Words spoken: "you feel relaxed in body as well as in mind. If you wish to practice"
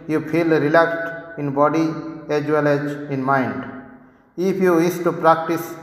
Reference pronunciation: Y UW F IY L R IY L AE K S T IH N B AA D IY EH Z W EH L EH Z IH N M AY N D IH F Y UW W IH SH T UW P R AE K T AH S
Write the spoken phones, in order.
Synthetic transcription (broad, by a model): Y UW P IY L R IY L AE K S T IH N B AA D IY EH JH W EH L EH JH IH N M AY N D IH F Y UW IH S T UW P R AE K T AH S